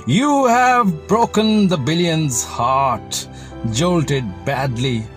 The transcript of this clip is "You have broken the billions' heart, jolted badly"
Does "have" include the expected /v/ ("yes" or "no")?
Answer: yes